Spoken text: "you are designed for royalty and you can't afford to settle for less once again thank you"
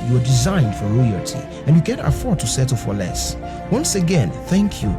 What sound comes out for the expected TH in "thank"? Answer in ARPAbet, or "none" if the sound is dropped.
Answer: TH